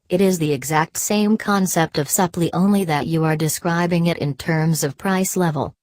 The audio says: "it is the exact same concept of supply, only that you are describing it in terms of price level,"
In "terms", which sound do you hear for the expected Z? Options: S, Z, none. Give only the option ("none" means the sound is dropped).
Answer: Z